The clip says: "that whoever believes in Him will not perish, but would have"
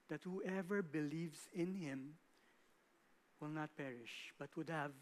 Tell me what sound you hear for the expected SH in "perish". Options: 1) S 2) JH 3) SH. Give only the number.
3